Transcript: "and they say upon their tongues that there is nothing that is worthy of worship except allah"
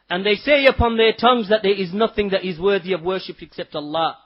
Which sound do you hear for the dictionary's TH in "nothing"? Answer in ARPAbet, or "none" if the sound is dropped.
TH